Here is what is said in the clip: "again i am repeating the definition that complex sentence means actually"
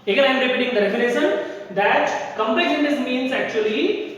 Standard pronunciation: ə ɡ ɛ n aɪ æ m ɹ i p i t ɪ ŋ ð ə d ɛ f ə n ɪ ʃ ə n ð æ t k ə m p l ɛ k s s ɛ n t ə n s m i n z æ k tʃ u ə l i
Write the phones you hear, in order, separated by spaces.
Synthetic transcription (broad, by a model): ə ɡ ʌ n aɪ m ɹ i p i t ɪ ŋ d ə d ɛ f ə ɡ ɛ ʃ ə n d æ t k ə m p ɛ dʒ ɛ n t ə s m i n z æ k tʃ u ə l i